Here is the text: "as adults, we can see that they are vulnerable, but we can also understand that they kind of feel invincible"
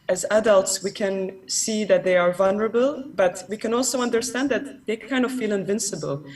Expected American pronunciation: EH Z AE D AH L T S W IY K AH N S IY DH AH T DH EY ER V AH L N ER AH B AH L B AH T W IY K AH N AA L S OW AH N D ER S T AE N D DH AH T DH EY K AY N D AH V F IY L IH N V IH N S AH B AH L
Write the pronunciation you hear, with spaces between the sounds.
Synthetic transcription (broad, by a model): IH Z AE D AH L T S W IY K AH N S IY DH AH T DH EY ER V AH L N ER AH B AH L B AH T W IY K AH N AA L S OW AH N D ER S T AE N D DH AH T DH EY K AY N D AH V F IY L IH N V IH N S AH B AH L